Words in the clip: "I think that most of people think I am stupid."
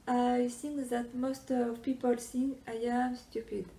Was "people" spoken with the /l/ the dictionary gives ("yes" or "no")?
yes